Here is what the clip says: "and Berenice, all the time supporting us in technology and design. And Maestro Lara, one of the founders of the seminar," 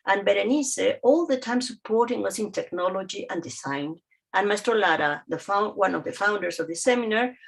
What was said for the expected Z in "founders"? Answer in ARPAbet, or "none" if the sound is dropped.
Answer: S